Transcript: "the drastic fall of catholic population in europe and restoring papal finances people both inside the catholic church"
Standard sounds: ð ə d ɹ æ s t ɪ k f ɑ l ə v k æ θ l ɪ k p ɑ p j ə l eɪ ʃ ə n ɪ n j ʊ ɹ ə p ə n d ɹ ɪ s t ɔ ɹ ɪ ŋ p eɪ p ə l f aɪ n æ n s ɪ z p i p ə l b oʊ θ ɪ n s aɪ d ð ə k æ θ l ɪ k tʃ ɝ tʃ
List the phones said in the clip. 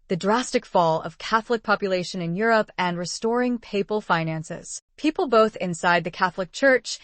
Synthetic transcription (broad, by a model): ð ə d ɹ æ s t ɪ k f ɑ l ə v k æ θ l ɪ k p ɑ p j ə l eɪ ʃ ə n ɪ n j ʊ ɹ ə p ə n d ɹ ɪ s t ɔ ɹ ɪ ŋ p eɪ p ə l f aɪ n æ n s ɪ z p i p l b oʊ θ ɪ n s aɪ d ð ə k æ θ l ɪ k tʃ ɝ tʃ